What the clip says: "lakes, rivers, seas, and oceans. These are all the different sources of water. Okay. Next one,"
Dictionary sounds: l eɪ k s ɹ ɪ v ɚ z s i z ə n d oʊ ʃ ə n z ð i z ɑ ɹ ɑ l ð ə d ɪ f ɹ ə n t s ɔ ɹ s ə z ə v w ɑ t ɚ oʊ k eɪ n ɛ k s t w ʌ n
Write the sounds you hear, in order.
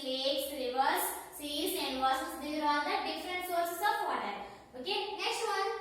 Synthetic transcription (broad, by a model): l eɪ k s ɹ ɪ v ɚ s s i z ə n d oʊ s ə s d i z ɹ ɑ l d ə d ɪ f ɹ ə n t s ɔ ɹ s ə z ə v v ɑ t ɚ oʊ k eɪ n ɛ k s t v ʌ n